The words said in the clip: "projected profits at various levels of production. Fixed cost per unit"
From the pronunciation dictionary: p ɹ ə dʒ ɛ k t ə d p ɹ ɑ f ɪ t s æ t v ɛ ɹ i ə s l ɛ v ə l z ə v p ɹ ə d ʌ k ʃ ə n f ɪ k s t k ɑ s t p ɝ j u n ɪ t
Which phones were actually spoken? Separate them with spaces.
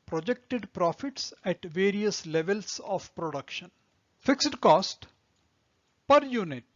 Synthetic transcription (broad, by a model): p ɹ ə dʒ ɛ k t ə d p ɹ ɑ f ɪ t s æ t v ɛ ɹ i ə s l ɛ v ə l s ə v p ɹ ə d ʌ k ʃ ə n f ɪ k s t k ɑ s t p ɝ j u n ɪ t